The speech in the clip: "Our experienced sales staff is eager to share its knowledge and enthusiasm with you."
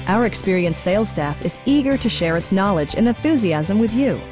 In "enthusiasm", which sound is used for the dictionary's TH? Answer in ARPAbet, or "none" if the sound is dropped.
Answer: TH